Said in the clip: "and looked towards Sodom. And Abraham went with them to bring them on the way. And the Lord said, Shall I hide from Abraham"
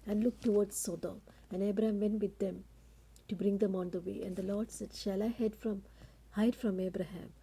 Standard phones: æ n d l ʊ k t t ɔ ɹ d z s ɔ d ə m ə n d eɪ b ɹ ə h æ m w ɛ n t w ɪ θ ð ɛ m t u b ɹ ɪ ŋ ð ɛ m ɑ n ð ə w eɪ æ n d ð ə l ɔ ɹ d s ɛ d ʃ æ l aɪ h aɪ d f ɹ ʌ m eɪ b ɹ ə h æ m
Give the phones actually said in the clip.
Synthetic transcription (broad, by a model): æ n d l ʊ k t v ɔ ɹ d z s ɔ d ə m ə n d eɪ b ɹ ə h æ m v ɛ n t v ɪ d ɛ m t u b ɹ ɪ ŋ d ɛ m ɑ n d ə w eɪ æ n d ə l ɔ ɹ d s ɛ d ʃ æ l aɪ h aɪ d f ɹ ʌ m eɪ b ɹ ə h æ m